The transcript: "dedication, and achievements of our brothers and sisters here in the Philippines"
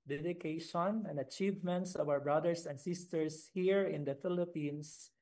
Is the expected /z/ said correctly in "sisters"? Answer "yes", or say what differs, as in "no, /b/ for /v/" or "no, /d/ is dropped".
no, /s/ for /z/